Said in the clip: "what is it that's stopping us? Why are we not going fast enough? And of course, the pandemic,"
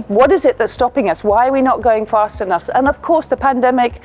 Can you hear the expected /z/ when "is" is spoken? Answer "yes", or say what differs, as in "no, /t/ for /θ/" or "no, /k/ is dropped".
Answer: yes